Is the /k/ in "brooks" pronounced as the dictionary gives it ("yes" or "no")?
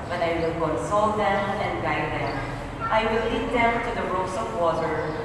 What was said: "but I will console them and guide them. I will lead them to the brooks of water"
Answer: no